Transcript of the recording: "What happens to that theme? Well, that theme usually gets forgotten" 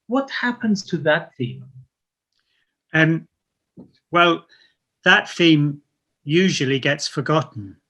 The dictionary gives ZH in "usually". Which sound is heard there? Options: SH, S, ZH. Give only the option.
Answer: ZH